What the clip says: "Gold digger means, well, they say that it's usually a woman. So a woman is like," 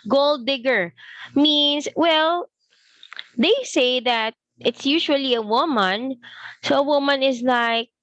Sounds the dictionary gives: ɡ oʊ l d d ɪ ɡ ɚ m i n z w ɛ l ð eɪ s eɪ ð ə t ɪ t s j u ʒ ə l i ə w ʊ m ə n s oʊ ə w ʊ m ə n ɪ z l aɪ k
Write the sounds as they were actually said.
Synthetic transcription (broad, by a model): ɡ oʊ l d d ɪ ɡ ɚ m i n s w ɛ l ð eɪ s eɪ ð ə t ɪ t s j u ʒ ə l i ə w ʊ m ə n s oʊ ə w ʊ m ə n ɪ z l aɪ k